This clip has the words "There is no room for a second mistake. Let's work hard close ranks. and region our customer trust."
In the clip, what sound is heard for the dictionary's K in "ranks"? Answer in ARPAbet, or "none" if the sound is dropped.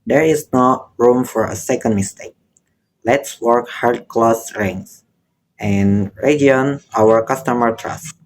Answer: none